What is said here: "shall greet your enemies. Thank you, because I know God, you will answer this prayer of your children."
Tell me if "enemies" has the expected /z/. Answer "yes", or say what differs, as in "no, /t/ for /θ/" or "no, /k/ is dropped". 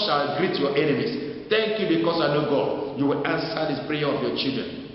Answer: no, /s/ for /z/